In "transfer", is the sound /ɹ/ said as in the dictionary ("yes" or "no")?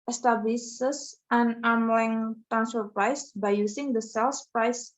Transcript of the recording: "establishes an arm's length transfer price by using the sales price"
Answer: no